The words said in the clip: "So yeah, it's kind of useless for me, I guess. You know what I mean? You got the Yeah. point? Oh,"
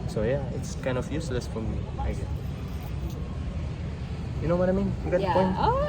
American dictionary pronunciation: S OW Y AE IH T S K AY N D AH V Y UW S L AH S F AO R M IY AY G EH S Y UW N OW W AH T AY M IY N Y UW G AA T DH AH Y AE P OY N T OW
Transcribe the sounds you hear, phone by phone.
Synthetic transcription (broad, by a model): S OW Y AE IH T S K AY N D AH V Y UW S L AH S F AO R M IY AY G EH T Y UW N OW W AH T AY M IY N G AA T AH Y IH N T